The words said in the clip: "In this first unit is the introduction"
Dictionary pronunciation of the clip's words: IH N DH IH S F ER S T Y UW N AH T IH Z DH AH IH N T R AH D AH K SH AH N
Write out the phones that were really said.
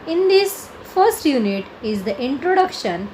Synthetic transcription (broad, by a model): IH N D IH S F ER S T Y UW N AH T IH Z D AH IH N T R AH D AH K SH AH N